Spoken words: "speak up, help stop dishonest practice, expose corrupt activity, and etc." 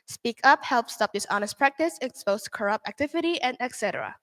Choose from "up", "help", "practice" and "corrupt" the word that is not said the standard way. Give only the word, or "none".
none